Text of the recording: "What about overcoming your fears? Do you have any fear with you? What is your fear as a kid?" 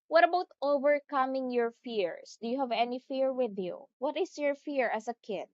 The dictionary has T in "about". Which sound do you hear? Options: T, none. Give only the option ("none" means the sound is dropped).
T